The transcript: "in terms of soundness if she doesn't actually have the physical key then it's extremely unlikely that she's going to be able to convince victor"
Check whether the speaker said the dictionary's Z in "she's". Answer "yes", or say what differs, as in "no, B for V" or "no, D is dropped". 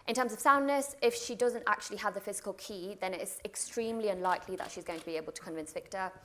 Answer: yes